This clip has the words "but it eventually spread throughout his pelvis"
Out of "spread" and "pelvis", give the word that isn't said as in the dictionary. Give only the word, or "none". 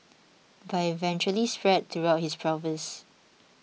pelvis